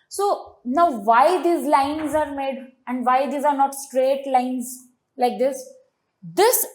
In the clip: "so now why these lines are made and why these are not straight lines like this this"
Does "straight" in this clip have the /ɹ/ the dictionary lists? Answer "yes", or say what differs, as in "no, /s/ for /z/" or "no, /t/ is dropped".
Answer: yes